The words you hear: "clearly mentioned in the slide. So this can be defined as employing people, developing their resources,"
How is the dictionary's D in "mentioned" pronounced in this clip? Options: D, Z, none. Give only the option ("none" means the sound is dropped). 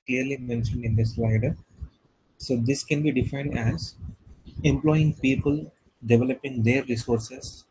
D